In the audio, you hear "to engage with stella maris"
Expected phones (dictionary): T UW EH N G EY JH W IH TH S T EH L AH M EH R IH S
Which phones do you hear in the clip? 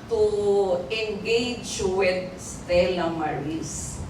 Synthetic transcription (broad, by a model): T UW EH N G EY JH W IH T S T EH L AH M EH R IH S